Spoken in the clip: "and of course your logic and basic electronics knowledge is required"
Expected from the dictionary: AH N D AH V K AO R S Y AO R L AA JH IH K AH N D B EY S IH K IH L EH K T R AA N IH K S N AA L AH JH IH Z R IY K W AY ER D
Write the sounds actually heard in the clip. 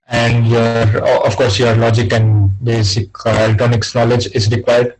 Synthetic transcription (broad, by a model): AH N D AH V K AO R S Y AO R L AA JH IH K AH N D B EY S IH K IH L T AA N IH K S N AA L AH JH IH Z R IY K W AY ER D